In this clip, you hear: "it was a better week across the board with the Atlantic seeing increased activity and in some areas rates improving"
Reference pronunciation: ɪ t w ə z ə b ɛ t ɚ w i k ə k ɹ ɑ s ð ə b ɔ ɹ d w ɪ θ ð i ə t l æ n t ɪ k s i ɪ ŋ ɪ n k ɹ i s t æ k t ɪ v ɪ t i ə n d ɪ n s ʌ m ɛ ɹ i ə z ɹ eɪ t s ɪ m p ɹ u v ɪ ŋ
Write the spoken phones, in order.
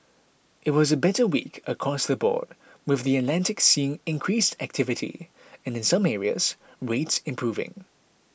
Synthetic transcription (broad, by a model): ɪ t w ə z ə b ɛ t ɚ w i k ə k ɹ ɑ s ð ə b ɔ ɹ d w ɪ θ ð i ə t l æ n t ɪ k s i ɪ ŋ ɪ n k ɹ i s t æ k t ɪ v ɪ t i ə n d ɪ n s ʌ m ɛ ɹ i ə z ɹ eɪ t s ɪ m p ɹ u v ɪ ŋ